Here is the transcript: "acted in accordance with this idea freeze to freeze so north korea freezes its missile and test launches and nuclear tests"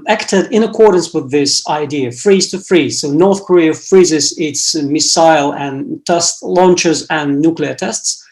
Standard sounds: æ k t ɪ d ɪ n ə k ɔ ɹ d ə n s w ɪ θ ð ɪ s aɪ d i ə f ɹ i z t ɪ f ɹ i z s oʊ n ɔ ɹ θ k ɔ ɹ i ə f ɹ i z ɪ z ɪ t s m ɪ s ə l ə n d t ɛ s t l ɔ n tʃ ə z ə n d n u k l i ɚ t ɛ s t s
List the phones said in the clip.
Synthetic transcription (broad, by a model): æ k t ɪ d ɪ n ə k ɔ ɹ d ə n s w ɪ ð ɪ s aɪ d i ə f ɹ i z t ɪ f ɹ i z s oʊ n ɔ ɹ θ k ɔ ɹ i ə f ɹ i z ɪ z ɪ t s m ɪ s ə l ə n t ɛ s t l ɔ n tʃ ə z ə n n u k l i ɚ t ɛ s t s